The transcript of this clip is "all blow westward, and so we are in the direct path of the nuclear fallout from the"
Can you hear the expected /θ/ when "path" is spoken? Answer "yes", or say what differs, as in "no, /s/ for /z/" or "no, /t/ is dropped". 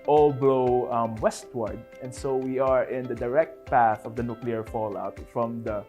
yes